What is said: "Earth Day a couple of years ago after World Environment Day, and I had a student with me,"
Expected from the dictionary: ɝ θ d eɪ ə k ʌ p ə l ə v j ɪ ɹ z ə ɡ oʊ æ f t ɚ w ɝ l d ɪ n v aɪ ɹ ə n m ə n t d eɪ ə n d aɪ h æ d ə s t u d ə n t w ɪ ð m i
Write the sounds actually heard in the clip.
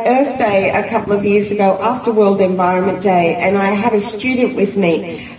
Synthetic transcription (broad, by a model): ɝ θ d eɪ ə k ʌ p l ə v j ɪ ɹ z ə ɡ oʊ æ f t ɚ w ɝ l d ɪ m v aɪ ɹ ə n m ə n d eɪ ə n aɪ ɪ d ə s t u d n t w ɪ ð m i